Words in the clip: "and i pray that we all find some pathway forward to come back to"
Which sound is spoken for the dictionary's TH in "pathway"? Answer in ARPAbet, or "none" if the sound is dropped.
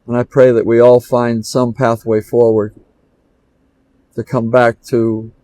TH